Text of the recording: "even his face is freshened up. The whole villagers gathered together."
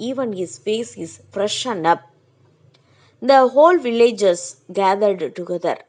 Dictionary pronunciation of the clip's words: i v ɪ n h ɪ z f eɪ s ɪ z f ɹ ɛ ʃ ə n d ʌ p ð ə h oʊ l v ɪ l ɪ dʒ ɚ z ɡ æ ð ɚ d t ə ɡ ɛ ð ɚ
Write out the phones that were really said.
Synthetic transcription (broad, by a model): i v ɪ n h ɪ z f eɪ s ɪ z f ɹ ɛ ʃ ə n d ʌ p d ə h oʊ l v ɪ l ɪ dʒ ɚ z ɡ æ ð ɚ d t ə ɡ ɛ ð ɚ